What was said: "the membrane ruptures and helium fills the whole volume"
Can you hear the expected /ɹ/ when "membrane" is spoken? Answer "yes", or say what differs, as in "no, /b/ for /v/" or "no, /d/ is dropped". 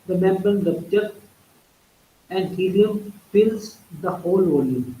no, /ɹ/ is dropped